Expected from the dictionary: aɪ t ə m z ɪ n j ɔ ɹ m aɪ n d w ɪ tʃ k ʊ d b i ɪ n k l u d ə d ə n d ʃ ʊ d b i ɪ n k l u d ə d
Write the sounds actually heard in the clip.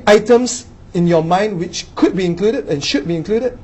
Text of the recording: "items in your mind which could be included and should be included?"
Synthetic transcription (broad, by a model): aɪ t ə m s ɪ n j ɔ m aɪ n d w ɪ tʃ k ʊ d b i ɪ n k l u d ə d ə n ʃ ʊ d b i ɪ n k l u d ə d